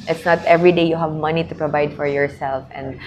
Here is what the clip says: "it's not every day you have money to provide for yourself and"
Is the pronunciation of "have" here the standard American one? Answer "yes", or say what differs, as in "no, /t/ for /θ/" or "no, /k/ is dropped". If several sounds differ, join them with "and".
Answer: yes